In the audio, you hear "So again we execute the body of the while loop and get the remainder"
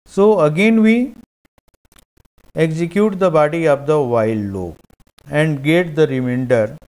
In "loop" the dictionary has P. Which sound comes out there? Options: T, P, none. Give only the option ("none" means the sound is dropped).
none